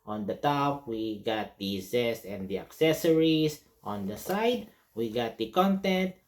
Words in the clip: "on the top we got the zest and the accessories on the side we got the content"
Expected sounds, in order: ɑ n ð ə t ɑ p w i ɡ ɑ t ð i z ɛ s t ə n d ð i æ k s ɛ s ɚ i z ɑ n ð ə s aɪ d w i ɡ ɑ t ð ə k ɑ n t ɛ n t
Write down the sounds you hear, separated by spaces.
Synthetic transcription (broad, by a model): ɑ n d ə t ɑ p w i ɡ ɑ t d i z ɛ s ə n d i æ k s ɛ s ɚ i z ɑ n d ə s aɪ d w i ɡ ɑ t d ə k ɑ n t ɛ n t